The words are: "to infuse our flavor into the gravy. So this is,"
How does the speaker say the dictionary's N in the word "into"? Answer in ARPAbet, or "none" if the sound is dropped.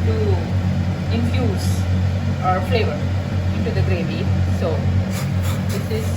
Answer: N